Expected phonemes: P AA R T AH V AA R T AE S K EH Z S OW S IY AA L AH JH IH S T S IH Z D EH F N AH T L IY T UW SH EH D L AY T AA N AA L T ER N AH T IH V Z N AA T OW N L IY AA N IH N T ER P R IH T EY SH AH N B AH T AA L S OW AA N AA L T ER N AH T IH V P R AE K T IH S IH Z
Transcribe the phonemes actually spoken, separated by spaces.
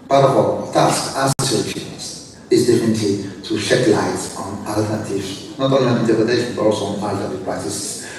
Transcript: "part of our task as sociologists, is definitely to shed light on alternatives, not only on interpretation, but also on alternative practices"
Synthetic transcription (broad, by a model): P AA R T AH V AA L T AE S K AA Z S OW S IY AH CH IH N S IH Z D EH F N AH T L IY T UW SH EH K L AY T AA N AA L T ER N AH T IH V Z N AA T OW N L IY AA N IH N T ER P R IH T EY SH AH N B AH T AA L S OW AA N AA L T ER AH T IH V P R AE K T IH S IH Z